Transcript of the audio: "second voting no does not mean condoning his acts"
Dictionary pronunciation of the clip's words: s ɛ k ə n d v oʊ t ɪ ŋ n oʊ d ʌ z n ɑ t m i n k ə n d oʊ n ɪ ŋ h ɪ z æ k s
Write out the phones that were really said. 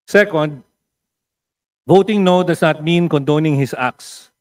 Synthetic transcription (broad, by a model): s ɛ k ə n d v oʊ t ɪ ŋ n oʊ d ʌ s n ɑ t m i n k ə n d oʊ n ɪ ŋ h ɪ s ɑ k s